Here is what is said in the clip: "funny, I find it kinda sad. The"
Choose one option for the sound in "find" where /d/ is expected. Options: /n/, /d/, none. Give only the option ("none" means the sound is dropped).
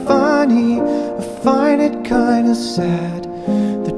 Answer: none